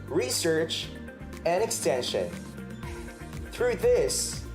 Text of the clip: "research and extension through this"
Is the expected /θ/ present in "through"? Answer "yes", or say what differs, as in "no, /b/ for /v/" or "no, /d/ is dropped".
yes